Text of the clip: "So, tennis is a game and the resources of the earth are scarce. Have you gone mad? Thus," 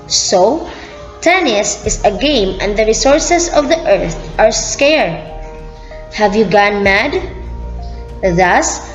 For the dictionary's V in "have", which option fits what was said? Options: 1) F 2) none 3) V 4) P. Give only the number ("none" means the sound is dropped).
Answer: 3